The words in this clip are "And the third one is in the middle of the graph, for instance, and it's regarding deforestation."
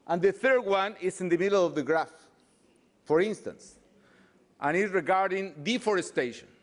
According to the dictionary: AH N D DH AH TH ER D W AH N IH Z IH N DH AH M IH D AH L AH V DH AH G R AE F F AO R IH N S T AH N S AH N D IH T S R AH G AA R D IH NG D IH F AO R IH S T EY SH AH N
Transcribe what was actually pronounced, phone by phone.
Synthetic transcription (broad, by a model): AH N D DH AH TH ER D W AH N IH S IH N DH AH M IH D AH L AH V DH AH G R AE F F AO R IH N S T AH N S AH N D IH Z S R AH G AA R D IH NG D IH F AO R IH S T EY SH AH N